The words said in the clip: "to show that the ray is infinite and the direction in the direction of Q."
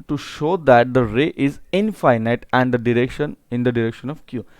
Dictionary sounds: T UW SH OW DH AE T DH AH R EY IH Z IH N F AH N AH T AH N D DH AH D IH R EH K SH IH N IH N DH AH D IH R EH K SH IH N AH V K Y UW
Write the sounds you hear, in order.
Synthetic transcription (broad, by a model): T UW SH OW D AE T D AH R EY IH Z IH N F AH N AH T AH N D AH D IH R EH K SH IH N IH N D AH D IH R EH K SH IH N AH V K Y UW